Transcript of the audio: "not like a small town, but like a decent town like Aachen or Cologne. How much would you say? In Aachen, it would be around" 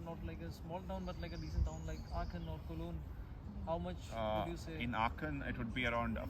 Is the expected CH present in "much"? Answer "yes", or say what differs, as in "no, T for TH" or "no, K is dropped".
yes